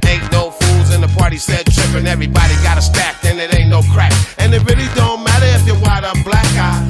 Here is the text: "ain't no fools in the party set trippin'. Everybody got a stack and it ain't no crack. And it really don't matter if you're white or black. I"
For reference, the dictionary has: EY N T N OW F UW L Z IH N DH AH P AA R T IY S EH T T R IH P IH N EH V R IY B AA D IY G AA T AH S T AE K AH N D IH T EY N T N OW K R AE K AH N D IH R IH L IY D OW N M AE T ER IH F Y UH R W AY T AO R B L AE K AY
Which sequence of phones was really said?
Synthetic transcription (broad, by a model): EY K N OW F UW L Z IH N DH AH P AA R T IY S EH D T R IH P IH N EH V R IY B AA D IY G AA T AH S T AE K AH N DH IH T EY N N OW K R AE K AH N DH IH R IH L IY D OW N M AE T ER IH F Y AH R W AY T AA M B L AE K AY